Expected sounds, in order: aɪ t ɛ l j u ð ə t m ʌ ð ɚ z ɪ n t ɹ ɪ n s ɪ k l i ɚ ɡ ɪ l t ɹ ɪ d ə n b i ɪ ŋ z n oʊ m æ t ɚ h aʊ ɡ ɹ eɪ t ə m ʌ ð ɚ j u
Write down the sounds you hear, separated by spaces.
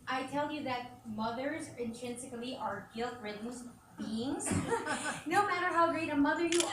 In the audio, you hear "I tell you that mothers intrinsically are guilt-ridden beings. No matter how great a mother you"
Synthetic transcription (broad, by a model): aɪ t ɛ l j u ð ə t m ʌ ð ɚ z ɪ n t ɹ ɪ n s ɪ k l i ɚ ɡ ɪ l t ɹ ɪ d n b i ɪ ŋ z n oʊ m æ t ɚ h aʊ ɡ ɹ eɪ t ə m ʌ ð ɚ j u